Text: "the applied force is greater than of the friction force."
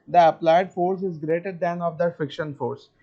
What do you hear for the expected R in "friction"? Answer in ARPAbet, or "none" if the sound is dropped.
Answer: none